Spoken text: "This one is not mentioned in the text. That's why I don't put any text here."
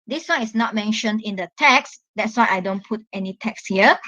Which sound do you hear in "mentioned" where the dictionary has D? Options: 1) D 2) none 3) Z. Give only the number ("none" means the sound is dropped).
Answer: 1